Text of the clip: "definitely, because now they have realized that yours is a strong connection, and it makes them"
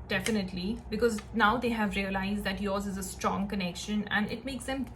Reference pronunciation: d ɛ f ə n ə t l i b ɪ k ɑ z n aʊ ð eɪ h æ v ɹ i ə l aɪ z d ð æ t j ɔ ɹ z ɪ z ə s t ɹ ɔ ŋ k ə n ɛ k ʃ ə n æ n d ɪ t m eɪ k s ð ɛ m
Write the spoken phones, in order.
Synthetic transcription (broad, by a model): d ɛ f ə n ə t l i b ɪ k ɑ z n aʊ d eɪ h æ v ɹ i ə l aɪ z d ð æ t j ɔ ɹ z ɪ z ə s t ɹ ɔ ŋ k ə n ɛ k ʃ ə n æ n d ɪ t m eɪ k s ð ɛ m